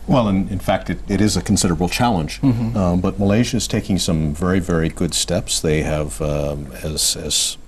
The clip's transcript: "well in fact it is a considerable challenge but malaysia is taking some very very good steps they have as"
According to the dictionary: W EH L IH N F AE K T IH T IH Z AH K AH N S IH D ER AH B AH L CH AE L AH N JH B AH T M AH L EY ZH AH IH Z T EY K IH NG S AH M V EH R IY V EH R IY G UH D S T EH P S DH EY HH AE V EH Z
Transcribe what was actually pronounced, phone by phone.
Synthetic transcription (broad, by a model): W EH L IH N F AE K T IH T IH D AH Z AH N S IH D ER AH B L CH AE L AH N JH B AH T M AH L EY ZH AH IH Z T EY K IH NG S AH M V EH R IY V EH R IY G UH D S T EH P S DH EY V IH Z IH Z